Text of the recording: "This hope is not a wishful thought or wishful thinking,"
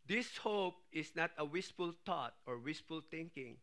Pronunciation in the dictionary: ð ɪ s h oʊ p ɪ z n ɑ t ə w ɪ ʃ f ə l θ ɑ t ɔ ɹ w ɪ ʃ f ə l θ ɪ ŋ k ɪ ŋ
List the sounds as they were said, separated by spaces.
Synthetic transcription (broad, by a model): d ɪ s h oʊ p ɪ s n ɑ t ə w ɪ s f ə l t ɑ t ɔ ɹ w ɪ s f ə l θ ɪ ŋ k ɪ ŋ